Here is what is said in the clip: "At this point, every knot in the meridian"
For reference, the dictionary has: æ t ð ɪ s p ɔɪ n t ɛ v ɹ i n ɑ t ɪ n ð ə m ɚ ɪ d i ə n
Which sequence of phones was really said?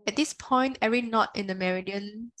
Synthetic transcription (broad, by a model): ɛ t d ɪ s p ɔɪ n t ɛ ɹ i n ɑ t ɪ n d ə m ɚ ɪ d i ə n